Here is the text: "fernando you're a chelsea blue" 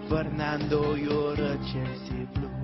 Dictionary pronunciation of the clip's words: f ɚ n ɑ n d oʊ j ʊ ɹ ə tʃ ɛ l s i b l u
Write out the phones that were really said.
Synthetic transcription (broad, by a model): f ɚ n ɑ n d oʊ j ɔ ɹ ə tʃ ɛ s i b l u